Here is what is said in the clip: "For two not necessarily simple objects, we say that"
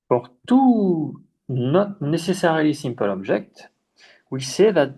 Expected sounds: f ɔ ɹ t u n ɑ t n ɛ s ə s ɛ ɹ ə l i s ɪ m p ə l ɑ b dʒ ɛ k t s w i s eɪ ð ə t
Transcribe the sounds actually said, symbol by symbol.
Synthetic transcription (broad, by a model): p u ɹ t u n ɑ t n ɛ s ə s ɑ ɹ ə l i s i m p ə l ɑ b ʒ ɛ k t w i s eɪ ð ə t